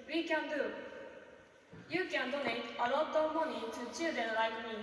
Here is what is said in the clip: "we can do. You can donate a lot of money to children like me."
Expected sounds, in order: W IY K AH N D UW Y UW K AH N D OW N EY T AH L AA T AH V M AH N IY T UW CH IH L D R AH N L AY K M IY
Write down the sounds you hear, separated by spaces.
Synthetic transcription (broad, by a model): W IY K AH N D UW Y UW K AH N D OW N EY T AH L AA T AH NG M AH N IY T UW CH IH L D AH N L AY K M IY